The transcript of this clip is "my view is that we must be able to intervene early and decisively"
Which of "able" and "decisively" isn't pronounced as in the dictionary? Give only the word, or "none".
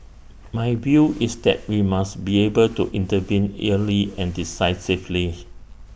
decisively